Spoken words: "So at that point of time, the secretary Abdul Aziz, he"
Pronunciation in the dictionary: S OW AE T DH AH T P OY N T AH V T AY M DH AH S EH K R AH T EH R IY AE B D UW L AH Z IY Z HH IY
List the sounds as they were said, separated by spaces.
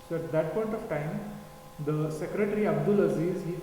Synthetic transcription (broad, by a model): S OW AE T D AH T P OY N T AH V T AY M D AH S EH K R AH T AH R IY AE B D UW L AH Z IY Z HH IY